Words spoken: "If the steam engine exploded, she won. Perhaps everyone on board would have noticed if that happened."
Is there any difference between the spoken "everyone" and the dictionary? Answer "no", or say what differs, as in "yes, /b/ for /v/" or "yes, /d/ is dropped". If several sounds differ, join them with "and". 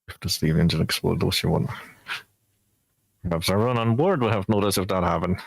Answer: yes, /v/ is dropped